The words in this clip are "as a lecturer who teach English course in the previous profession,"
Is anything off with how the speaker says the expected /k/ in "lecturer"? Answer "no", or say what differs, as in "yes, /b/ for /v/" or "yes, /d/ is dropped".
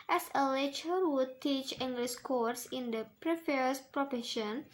yes, /k/ is dropped